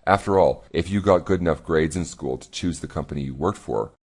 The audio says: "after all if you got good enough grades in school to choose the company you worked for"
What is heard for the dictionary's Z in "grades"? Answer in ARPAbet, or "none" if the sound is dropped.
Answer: Z